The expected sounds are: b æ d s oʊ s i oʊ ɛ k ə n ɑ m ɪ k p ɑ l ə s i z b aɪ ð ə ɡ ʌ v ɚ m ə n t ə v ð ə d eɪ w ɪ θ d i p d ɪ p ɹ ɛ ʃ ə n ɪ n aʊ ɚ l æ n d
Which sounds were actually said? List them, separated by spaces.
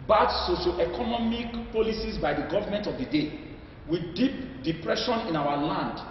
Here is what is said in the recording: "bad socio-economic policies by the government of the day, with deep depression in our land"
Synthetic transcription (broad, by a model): b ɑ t s oʊ ʃ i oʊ ɛ k ə n ɑ m ɪ k p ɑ l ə s i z b aɪ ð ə ɡ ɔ v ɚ m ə n t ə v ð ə d eɪ w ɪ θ d i p d ɪ p ɹ ɛ ʃ ə n ɪ n aʊ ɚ l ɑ n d